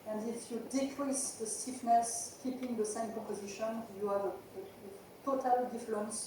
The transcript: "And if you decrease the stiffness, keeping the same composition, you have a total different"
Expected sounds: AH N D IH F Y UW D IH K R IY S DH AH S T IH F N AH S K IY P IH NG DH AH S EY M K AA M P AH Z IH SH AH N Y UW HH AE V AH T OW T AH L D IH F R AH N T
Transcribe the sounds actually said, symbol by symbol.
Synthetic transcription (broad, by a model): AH N D IH F Y UW D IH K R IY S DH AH S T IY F N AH S K IY P IH NG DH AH S EY M K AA P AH Z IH SH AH N Y UW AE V AH T OW T AH L D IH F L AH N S